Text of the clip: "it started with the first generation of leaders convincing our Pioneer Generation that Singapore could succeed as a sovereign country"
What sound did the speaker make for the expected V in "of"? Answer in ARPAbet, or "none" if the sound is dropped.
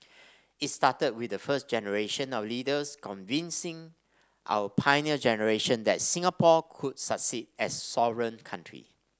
W